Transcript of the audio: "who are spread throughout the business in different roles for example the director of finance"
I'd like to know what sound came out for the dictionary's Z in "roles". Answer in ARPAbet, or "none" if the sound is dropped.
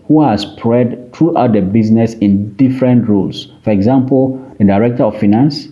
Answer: S